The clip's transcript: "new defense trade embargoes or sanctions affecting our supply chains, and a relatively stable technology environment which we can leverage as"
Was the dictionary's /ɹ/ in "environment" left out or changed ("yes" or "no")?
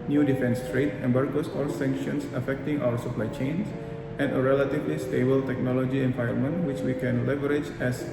yes